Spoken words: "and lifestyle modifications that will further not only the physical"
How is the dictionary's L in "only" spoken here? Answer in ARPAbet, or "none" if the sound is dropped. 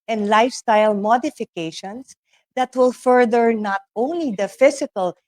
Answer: L